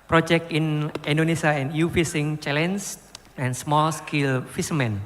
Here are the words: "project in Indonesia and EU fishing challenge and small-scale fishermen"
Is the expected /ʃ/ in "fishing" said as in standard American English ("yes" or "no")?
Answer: no